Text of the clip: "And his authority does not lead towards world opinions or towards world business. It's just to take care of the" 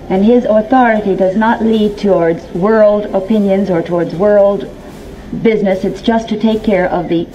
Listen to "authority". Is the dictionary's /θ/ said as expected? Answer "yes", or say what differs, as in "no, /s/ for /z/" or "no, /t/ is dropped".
yes